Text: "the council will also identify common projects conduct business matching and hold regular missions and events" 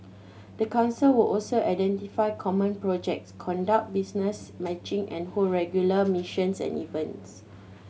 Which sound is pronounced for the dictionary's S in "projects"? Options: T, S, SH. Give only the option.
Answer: S